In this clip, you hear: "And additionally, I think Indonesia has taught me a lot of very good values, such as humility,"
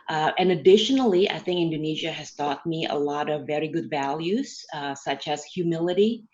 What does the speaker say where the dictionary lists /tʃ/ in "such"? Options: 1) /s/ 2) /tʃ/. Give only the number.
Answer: 2